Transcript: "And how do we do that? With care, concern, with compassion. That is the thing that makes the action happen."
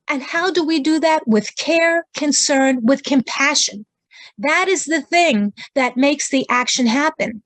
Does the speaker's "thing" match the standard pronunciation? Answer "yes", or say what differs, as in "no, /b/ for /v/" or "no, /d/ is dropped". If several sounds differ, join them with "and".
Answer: yes